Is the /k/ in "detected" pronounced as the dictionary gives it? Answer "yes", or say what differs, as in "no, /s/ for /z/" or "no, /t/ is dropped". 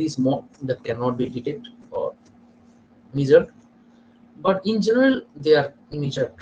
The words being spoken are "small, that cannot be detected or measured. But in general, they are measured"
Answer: no, /k/ is dropped